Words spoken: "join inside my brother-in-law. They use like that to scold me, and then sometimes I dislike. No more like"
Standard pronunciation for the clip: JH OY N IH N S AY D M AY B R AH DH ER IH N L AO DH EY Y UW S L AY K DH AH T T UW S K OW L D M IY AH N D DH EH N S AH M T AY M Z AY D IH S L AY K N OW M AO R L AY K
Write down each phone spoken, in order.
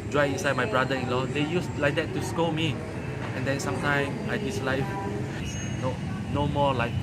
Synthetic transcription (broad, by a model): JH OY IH IH N S AY D M AY B R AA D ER IH N L AO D EY Y UW S L AY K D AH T T UW S K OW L M IY AH N D EH N S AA M T AY M AY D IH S L AY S N OW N AO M L AY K